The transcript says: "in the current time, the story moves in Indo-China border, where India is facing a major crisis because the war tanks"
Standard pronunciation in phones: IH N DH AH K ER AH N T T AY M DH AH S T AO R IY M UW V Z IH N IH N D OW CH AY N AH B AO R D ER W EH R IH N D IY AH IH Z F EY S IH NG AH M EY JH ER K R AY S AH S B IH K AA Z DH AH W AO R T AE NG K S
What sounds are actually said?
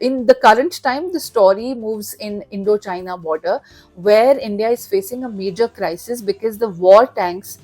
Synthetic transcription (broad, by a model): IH N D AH K ER AH N T T AY M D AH S T AO R IY M UW V Z IH N IH N D OW CH AY N AH B AO R D ER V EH R IH N D IY AH IH Z F EY S IH NG AH M EY JH ER K R AY S AH S B IH K AA Z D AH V AO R T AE NG K S